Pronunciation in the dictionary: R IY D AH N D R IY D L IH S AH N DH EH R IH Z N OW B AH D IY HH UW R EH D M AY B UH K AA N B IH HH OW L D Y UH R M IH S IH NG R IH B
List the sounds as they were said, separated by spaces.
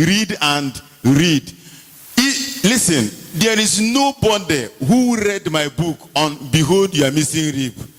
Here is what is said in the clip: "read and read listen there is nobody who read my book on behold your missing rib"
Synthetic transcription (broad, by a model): R IY D AH N D R IY D L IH S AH N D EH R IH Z N OW B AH D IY HH UW R EH D M AY B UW K AA N B IH HH OW L D Y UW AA M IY S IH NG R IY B